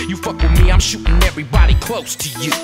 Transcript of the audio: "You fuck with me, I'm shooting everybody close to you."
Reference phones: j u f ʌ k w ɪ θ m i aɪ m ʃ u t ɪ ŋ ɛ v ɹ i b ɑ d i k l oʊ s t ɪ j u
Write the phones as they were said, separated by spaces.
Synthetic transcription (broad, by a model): j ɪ f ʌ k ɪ m i aɪ m ʃ u t ɪ ŋ ɛ v ɹ i b ɑ d i k l oʊ s t ɪ j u